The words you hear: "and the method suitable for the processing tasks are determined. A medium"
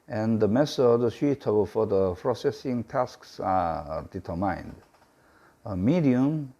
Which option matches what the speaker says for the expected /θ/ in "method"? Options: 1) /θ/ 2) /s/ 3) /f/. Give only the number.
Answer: 2